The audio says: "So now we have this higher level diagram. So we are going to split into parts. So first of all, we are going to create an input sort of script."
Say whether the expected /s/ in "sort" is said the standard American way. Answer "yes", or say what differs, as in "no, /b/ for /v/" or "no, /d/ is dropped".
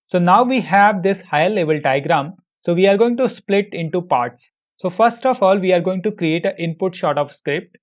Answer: no, /ʃ/ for /s/